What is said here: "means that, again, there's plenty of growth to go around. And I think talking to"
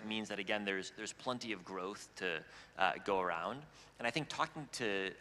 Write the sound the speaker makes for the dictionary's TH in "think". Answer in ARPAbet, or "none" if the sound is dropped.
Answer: TH